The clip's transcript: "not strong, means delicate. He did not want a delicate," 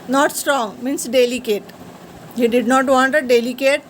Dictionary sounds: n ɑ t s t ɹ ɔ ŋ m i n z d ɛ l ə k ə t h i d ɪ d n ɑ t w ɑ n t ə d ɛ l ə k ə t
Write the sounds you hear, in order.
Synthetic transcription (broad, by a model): n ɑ t s t ɹ ɔ ŋ m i n s d ɛ l ə k ə t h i d ɪ d n ɑ t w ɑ n t ə d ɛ l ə k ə t